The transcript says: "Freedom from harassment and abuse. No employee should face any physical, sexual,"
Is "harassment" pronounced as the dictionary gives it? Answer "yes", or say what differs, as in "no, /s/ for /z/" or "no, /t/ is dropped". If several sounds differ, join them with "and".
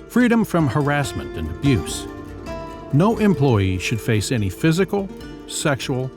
yes